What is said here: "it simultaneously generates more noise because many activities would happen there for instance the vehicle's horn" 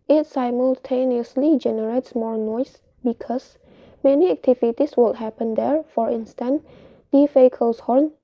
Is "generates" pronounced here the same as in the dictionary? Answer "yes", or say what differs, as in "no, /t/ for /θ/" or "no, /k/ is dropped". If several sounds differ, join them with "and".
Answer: yes